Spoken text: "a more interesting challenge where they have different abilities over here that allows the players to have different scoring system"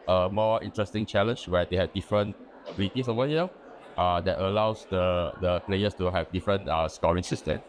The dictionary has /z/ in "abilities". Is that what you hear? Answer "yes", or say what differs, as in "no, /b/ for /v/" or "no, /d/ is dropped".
no, /s/ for /z/